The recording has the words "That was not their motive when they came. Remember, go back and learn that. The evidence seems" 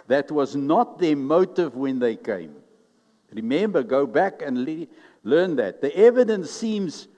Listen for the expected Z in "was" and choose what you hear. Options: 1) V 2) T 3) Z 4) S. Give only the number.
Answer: 3